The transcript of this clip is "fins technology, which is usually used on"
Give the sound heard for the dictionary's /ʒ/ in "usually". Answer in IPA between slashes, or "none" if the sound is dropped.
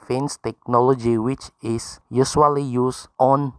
/s/